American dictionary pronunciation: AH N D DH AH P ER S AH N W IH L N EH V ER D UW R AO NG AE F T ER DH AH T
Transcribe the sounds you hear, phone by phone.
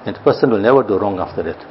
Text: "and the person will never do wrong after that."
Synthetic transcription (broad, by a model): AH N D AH P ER S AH N W IH L N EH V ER D UW R AO NG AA F T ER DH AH T